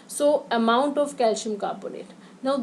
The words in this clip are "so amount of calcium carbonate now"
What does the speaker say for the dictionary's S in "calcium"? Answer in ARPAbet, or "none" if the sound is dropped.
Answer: SH